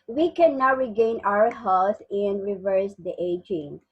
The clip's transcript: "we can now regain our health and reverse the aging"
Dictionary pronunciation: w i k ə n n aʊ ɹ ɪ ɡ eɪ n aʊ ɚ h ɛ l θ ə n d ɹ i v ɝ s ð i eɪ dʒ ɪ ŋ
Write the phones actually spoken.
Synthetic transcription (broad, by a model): w i k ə n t ɹ ɪ ɡ eɪ n aʊ ɚ h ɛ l s ə n d ɹ i v ɝ s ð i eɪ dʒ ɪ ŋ